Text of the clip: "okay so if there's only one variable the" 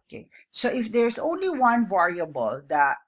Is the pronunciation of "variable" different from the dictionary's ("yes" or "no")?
no